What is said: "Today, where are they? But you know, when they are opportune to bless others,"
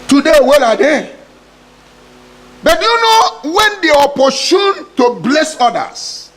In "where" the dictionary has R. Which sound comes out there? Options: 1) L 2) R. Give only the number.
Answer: 1